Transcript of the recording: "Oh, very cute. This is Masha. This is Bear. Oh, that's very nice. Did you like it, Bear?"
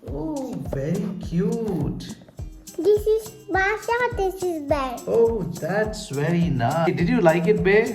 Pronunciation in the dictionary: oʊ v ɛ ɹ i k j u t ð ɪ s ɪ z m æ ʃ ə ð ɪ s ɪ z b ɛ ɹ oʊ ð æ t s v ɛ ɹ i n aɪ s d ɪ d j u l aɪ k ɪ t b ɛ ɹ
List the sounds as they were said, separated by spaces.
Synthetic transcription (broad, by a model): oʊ v ɛ ɹ i k j u t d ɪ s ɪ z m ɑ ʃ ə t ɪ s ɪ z b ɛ oʊ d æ t s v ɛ ɹ i n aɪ d ɪ d j u l aɪ k ɪ t b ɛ